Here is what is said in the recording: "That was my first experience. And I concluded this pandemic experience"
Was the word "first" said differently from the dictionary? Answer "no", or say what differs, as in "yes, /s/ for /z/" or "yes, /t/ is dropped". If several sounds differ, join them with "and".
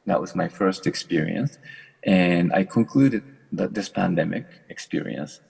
no